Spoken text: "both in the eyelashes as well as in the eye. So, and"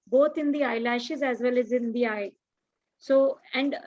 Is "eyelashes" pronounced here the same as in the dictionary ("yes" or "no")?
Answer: yes